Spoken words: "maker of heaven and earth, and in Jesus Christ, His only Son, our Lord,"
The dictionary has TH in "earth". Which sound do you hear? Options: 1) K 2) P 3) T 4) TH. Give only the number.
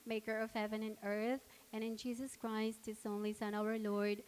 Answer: 4